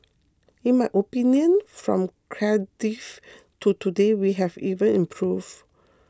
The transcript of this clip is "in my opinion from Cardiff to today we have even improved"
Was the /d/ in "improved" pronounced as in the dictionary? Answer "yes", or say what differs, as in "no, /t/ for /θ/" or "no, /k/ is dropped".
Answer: no, /d/ is dropped